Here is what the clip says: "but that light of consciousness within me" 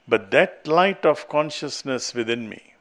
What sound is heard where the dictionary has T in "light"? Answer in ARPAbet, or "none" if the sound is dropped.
T